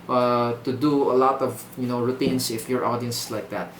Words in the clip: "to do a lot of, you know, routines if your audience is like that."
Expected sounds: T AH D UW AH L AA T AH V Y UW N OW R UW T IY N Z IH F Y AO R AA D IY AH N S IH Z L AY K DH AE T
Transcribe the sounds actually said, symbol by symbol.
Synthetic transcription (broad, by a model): T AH D UW AH L AA T AH V Y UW N OW R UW T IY N S IH F Y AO R AA D IY AH N S L AY K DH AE T